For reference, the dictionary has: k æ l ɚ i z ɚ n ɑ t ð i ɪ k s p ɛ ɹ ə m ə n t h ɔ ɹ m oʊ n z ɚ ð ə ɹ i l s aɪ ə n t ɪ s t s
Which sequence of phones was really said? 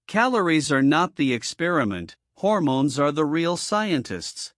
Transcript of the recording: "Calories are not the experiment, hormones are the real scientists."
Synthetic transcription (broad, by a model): k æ l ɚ i z ɚ n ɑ t ð i ɪ k s p ɛ ɹ ə m ə n t h ɔ ɹ m oʊ n z ɚ ð ə ɹ i l s aɪ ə n t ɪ s t s